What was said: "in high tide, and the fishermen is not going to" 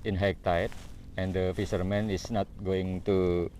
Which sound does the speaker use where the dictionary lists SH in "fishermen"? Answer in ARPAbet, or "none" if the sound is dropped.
S